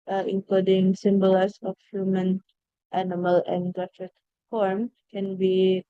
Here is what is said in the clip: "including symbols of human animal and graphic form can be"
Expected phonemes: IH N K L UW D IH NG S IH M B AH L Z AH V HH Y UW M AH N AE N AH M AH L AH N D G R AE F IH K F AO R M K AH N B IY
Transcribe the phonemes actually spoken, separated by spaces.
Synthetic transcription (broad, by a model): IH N K L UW D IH NG S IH M B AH L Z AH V HH Y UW M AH N AE N AH M AH L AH N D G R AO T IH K F AO R M K AH N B IY